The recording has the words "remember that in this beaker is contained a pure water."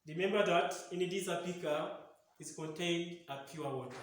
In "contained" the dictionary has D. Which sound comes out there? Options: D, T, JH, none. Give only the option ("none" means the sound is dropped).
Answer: D